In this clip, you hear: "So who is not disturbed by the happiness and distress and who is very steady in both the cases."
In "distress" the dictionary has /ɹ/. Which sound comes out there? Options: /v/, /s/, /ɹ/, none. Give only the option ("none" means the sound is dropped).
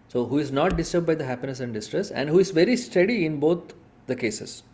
/ɹ/